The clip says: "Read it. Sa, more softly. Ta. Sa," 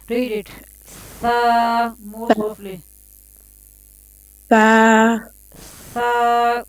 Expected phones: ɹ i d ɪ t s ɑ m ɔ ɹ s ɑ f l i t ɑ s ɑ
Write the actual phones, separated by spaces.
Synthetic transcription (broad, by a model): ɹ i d ɪ t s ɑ m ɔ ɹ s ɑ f l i s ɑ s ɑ